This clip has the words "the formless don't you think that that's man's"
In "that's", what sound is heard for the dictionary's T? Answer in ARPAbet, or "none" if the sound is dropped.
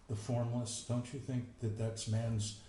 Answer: T